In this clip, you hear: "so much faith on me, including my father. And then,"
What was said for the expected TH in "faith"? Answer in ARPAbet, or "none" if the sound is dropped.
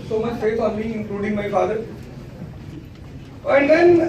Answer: S